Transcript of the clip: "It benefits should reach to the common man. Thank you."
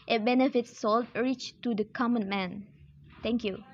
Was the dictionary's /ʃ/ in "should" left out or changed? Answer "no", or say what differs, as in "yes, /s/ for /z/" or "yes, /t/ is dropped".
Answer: yes, /s/ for /ʃ/